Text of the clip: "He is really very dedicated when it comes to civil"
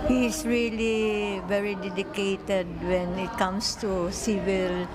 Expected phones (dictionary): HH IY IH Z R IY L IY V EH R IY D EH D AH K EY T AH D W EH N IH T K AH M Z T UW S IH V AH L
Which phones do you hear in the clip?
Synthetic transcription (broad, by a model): HH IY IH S R IY L IY V EH R IY D EH D AH K EY T AH D W EH N IH T K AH M S T UW S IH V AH L